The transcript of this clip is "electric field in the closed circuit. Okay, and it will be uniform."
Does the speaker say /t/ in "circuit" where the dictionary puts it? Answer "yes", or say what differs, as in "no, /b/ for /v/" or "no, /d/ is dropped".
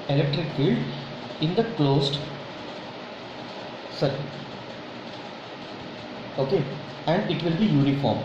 no, /t/ is dropped